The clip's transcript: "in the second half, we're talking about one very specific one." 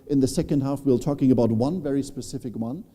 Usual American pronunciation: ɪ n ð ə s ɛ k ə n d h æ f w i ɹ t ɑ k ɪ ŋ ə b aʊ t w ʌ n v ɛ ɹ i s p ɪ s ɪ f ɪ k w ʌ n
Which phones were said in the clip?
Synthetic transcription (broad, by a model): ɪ n ð ə s ɛ k ə n d h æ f w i l t ɑ k ɪ ŋ ə b aʊ t w ʌ n v ɛ ɹ i s p ɪ s ɪ f ɪ k w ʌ n